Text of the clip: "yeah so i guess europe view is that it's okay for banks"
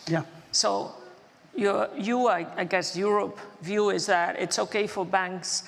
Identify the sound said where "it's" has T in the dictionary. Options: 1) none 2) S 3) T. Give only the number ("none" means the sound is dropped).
3